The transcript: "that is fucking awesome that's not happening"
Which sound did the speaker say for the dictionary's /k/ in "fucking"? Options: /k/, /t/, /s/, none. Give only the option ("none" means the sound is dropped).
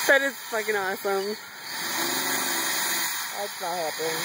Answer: /k/